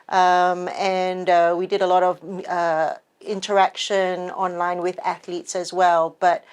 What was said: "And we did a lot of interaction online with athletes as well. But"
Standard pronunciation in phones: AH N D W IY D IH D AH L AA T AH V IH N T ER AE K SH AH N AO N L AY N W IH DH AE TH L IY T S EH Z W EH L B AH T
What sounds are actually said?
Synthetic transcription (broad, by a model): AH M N W IY D IH D AH L AA T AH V IH N T ER AE K SH AH N AO N L AY N W IH DH AE TH L IY T S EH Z W EH L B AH T